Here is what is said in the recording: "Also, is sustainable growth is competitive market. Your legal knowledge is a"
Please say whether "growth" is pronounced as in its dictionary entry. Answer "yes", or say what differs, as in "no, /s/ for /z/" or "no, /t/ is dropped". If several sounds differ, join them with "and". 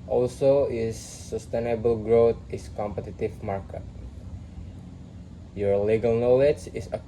no, /t/ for /θ/